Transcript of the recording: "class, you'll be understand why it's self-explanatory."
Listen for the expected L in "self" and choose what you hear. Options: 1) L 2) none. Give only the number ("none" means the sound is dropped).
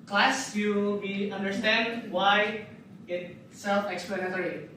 1